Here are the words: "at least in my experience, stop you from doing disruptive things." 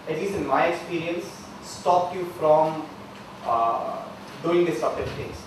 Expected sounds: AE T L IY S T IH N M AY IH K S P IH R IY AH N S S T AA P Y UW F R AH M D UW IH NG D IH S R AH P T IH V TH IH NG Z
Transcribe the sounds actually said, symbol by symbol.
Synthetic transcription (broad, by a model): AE T L IY S T IH N M AY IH K S P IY R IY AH N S S T AA P Y UW F R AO M D UW IH NG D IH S AH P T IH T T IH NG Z